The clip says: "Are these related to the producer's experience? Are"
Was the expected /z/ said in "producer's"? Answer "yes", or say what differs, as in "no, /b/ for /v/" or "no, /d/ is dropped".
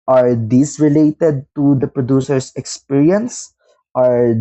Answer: no, /s/ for /z/